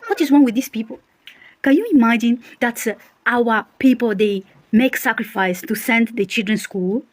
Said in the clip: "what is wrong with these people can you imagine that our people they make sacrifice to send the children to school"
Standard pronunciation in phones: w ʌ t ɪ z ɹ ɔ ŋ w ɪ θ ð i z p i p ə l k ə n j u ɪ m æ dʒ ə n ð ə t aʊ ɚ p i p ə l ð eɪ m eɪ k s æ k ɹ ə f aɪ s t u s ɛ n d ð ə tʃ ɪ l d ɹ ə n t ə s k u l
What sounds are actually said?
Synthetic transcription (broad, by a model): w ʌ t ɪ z w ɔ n w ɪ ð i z p i p ə l k ə n j u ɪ m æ dʒ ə n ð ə t aʊ ɚ p i p ə l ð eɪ m eɪ k s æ k ɹ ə f aɪ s t u s ɛ n d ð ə tʃ ɪ l d ɹ ə n s k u l